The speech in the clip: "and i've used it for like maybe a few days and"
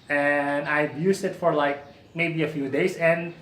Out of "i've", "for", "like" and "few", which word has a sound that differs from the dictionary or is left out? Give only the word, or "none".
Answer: i've